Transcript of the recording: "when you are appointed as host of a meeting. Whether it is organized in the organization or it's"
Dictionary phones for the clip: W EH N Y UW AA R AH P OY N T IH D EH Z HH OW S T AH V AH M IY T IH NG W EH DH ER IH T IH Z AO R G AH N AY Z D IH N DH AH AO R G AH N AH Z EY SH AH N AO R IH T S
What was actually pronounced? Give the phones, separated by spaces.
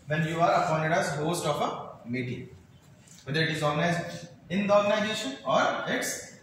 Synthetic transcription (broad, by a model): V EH N Y UW AA R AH F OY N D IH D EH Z HH OW S T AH F AH M IY T IH NG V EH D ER IH T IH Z AO R G AH N AY Z D IH N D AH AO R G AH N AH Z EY SH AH N AO R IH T S